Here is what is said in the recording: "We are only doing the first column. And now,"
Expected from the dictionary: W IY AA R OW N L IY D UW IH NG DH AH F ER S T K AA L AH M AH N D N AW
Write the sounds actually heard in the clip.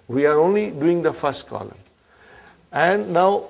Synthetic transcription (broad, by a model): W IY AA R OW N L IY D UW IH NG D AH F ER S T K AA L AH M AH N N AW